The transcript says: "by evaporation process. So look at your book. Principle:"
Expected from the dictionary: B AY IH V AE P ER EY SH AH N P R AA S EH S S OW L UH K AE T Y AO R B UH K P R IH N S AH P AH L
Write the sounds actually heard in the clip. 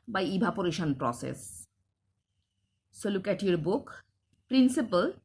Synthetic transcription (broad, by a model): B AY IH B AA P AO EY SH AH N P R AA S EH S S OW L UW K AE T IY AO R B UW K P R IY N S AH P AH L